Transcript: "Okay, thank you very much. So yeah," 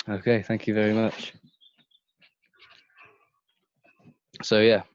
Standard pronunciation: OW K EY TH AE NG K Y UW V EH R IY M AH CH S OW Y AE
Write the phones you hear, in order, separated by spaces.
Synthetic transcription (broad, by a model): OW K EY TH AE NG K Y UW V EH R IY M AH CH S OW Y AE